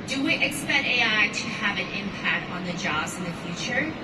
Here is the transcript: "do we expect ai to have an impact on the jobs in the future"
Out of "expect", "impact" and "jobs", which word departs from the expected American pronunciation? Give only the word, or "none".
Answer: none